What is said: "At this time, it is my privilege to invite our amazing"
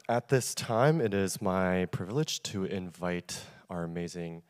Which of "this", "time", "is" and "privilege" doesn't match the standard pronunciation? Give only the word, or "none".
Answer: none